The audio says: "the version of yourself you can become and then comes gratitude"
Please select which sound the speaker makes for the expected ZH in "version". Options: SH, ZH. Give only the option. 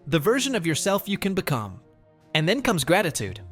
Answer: ZH